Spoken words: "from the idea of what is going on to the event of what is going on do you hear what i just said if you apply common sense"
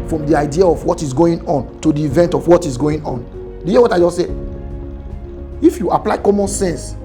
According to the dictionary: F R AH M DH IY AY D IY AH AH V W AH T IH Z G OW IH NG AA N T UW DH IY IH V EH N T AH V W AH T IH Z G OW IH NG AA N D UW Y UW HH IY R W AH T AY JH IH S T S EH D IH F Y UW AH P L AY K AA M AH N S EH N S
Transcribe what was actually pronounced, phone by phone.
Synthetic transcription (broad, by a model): F R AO M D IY AY D IY AH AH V W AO T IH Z G OW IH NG AA N T UW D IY V EH N T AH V W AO T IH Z G OW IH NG AA N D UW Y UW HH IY W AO T AY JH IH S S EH IH F Y UW AH P L AY K AA M AH N S EH N S